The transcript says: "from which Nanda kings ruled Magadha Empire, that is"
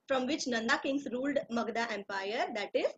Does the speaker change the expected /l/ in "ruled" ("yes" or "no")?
no